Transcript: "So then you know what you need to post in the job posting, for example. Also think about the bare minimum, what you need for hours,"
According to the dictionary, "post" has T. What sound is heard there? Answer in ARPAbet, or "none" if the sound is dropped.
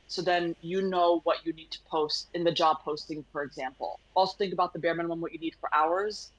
T